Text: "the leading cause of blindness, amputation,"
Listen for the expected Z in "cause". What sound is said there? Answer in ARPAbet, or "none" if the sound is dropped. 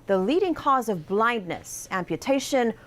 Z